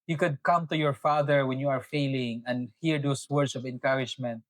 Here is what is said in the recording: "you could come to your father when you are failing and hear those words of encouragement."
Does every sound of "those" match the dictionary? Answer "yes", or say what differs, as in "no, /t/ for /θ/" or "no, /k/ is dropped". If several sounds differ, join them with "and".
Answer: no, /s/ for /z/